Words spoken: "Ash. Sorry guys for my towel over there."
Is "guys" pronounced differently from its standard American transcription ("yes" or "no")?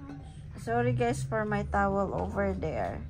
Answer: yes